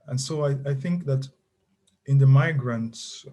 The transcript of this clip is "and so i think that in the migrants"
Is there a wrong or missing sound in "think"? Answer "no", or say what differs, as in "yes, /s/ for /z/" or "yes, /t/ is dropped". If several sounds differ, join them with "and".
no